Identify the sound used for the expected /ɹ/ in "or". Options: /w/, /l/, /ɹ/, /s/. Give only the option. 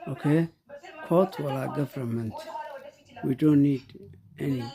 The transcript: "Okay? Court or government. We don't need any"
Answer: /l/